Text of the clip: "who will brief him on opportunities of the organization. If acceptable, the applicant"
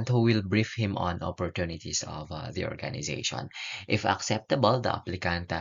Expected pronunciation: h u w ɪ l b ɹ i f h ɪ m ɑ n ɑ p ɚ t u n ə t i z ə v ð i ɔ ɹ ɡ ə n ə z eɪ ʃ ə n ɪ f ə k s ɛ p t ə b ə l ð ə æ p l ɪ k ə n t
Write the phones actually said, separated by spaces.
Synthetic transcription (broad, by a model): h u w ɪ l b ɹ i f h ɪ m ɑ n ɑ p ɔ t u n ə t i s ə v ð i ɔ ɹ ɡ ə n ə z eɪ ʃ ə n ɪ f ə k s ɛ p t ə b ə l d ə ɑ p l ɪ k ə n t